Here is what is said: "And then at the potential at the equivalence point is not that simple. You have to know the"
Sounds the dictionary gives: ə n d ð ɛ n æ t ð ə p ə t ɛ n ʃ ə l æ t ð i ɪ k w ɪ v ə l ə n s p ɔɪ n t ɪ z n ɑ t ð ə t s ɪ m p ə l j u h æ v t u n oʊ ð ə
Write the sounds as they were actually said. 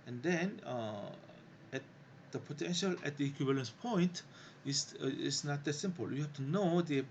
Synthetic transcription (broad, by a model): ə n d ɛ n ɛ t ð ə p ə t ɛ n ʃ ə l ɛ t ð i k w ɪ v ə l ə n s p ɔɪ n t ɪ s n ɑ t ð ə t s ɪ m p ə l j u h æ f t u n oʊ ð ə